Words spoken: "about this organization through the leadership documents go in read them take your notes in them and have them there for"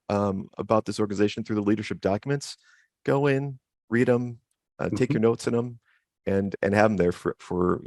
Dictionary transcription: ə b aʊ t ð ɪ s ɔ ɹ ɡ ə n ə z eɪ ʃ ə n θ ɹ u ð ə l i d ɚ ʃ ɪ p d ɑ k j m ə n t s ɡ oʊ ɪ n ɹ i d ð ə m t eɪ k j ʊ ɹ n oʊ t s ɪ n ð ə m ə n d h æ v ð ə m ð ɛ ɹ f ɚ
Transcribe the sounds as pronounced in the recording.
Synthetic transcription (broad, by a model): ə b aʊ t ð ɪ s ɔ ɹ ɡ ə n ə z eɪ ʃ n θ ɹ u ð ə l i d ɚ ʃ ɪ p d ɑ k j m ə n t s ɡ oʊ ɪ n ɹ i d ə m t eɪ k j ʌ ɹ n oʊ t s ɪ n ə m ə n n h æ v ð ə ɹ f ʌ ɹ f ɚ